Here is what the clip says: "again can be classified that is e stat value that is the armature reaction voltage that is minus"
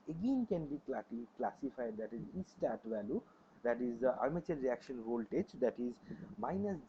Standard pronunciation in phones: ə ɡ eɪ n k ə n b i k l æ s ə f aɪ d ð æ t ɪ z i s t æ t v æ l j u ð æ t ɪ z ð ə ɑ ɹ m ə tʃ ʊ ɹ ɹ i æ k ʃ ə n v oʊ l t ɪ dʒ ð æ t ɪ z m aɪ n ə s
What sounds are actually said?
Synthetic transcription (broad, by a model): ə ɡ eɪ n k ə n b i k l æ s ə f aɪ d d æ t ɪ z i s t æ t v æ l j u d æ t ɪ z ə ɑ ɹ m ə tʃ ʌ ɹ ɹ i æ k ʃ ə n v oʊ l t ɪ dʒ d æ t ɪ z m aɪ n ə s